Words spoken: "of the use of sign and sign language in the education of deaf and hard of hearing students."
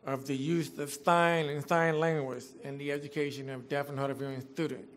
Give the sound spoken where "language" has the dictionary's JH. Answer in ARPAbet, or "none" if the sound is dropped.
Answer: Z